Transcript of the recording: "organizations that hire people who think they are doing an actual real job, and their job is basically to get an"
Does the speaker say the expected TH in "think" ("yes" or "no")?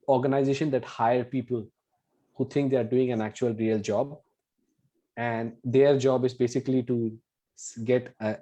no